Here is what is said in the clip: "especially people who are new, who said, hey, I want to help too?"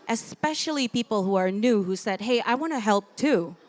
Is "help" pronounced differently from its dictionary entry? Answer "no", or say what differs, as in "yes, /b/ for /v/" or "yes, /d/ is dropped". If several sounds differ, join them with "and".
no